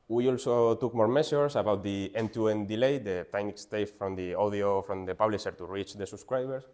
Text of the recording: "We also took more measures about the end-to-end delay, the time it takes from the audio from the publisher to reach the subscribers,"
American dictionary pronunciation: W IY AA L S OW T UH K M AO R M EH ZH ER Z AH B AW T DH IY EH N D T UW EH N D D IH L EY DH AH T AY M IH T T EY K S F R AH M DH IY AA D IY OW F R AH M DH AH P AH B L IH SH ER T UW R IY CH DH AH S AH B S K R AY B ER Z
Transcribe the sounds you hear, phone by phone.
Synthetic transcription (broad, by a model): W IY AA L S OW T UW K M AO R M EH S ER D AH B AW T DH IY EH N T UW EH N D D IH L EY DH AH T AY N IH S T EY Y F F R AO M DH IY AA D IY OW F R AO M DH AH P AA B L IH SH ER T UW R IY CH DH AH S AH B S K R AY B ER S